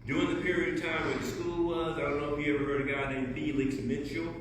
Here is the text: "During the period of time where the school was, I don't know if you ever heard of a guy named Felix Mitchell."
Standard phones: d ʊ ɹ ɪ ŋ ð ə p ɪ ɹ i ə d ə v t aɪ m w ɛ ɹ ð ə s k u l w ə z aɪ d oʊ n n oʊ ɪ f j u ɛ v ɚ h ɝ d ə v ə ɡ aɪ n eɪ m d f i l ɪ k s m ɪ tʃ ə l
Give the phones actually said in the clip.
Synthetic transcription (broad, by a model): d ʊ ɹ ɪ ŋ ð ə p ɪ ɹ i ə d ə v t aɪ m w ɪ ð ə s k u l w ə z aɪ d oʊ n n oʊ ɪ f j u ɛ v ɚ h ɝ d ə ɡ ə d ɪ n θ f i l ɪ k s m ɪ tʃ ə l